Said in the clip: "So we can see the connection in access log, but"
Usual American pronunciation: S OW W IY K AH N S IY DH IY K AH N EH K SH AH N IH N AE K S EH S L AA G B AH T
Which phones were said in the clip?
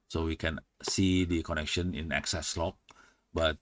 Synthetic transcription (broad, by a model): S OW W IY K AH N S IY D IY K AH N EH K SH AH N IH N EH K S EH S L AA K B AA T